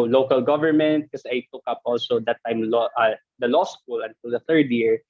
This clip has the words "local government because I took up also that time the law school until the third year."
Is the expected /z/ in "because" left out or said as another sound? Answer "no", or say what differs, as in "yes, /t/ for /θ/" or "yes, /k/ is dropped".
yes, /z/ is dropped